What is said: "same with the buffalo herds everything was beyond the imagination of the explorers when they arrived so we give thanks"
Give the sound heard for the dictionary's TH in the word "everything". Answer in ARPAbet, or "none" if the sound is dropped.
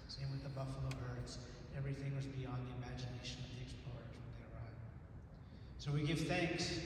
TH